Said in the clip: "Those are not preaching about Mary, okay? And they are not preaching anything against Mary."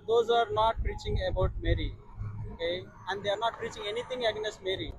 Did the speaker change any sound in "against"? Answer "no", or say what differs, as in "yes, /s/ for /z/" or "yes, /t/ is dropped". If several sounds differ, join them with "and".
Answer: yes, /n/ is dropped